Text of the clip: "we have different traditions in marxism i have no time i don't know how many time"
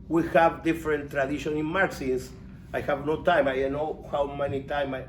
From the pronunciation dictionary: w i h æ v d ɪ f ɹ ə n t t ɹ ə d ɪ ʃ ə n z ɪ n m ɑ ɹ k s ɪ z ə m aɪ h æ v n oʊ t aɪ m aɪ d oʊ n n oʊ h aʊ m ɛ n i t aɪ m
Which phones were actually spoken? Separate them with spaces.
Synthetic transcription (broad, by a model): w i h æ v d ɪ f ɹ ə n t t ɹ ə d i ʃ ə n ɪ n m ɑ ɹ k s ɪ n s aɪ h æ v n oʊ t aɪ m aɪ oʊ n n oʊ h aʊ m ɛ n i t aɪ m